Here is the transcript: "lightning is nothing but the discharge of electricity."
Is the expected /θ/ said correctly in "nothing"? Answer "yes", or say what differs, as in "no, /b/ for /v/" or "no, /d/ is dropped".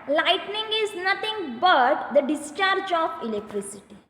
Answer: no, /t/ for /θ/